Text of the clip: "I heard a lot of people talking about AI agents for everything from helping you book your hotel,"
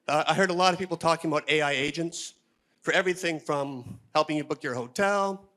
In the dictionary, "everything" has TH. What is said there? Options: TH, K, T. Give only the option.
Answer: TH